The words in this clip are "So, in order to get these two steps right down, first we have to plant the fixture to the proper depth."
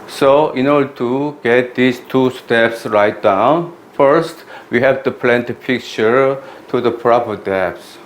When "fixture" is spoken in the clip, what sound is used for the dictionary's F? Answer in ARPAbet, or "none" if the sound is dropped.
P